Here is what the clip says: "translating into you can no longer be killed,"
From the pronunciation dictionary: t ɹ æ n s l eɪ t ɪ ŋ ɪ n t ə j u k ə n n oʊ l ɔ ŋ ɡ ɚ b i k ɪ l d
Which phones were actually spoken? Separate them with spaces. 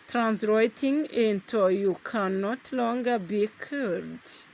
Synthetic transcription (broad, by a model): t ɹ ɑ n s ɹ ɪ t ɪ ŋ ɪ n t ə j u k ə n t l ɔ ŋ ɡ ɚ b i k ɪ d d